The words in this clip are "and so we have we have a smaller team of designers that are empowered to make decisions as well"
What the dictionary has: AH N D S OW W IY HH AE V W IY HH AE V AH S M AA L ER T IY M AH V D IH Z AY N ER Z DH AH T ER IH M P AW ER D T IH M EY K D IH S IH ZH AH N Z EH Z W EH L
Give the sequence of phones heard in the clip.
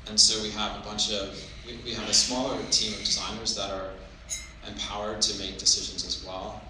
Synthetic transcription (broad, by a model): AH N S OW W IY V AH V W IY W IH V AH S M AA L ER T IY M AH V D IH Z AY N ER Z DH AH T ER IH M P AW ER D T IH M EY K D IH S IH ZH AH N Z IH Z W EH L